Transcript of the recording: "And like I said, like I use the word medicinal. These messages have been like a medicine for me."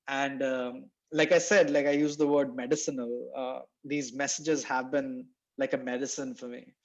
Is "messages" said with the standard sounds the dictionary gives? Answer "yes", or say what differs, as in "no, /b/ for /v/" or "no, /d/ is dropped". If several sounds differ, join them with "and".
yes